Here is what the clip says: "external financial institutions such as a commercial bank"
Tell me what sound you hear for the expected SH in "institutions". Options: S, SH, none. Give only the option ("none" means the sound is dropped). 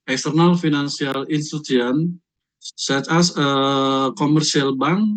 none